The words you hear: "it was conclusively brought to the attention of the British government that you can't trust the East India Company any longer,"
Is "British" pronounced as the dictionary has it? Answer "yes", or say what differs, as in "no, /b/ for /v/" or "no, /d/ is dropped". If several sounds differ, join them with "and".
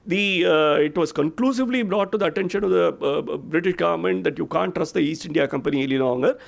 yes